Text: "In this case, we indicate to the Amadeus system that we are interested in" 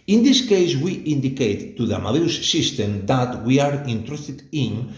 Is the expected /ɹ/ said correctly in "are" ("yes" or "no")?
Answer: yes